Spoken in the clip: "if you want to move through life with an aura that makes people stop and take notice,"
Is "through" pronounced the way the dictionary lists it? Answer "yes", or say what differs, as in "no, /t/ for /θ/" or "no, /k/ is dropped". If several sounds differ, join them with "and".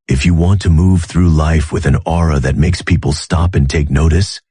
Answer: yes